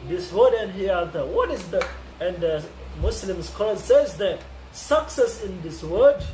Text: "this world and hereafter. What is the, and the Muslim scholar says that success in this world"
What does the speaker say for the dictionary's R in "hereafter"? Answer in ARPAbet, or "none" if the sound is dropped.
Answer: none